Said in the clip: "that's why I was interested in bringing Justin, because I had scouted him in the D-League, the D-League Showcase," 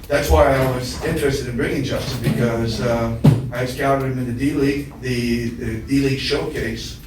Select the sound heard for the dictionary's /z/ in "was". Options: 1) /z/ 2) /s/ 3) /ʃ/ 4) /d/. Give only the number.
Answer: 1